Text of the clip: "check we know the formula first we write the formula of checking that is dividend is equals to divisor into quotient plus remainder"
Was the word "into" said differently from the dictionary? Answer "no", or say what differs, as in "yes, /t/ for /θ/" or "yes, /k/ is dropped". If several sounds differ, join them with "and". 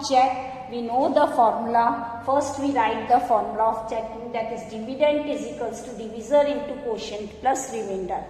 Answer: no